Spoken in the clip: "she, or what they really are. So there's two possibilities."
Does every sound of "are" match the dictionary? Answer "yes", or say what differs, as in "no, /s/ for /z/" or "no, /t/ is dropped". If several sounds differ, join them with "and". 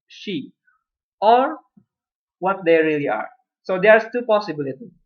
yes